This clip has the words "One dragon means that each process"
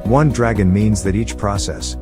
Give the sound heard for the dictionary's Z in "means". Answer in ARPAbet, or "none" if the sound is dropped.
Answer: Z